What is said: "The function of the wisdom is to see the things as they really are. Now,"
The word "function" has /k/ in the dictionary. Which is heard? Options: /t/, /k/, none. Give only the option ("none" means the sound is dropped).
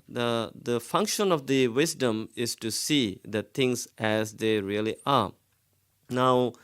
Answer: /k/